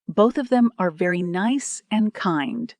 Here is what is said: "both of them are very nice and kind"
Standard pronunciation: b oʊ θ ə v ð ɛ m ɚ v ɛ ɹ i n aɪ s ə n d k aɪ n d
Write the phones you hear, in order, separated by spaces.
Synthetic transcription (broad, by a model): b oʊ θ ə v ð ɛ m ɚ v ɛ ɹ i n aɪ s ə n k aɪ n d